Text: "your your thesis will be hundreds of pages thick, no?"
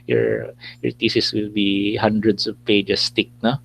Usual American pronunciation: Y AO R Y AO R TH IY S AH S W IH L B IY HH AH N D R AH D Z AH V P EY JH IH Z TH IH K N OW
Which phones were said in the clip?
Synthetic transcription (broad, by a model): Y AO R Y AO R T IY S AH S W IH L B IY HH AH N D R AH D S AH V P EY JH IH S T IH K N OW